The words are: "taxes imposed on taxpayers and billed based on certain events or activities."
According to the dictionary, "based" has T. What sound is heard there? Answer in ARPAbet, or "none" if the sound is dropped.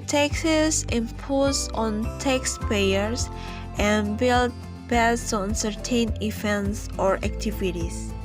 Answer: none